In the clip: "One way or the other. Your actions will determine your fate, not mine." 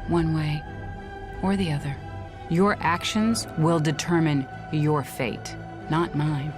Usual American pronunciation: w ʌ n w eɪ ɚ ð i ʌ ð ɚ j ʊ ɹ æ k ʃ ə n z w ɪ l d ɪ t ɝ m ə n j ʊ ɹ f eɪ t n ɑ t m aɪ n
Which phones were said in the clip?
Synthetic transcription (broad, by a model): w ʌ n w eɪ ɚ ð i ʌ ð ɚ j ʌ ɹ æ k ʃ ə n z w ɪ l d ɪ t ɝ m ə n j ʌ ɹ f eɪ t n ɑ t m aɪ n